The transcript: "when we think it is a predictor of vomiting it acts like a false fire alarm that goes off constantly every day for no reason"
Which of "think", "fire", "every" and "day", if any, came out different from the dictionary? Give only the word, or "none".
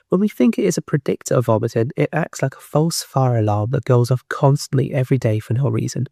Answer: none